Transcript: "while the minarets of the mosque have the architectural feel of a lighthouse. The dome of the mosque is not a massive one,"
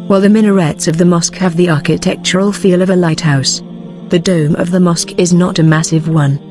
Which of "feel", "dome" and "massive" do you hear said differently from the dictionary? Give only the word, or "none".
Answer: none